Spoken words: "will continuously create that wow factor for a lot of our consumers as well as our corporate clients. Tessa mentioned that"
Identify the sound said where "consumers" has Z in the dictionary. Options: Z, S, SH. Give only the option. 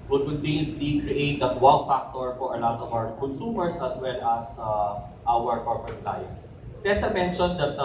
S